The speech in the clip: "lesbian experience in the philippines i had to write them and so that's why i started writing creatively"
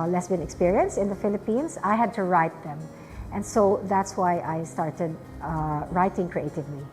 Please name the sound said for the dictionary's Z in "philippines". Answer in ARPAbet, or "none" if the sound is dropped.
S